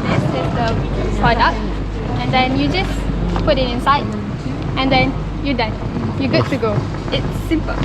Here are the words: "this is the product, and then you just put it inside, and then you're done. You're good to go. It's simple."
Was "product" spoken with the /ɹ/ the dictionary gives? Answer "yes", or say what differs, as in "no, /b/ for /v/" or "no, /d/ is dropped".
no, /ɹ/ is dropped